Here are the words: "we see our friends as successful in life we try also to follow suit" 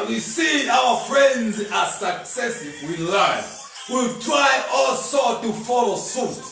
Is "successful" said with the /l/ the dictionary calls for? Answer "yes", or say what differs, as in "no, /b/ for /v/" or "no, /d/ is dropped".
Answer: no, /w/ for /l/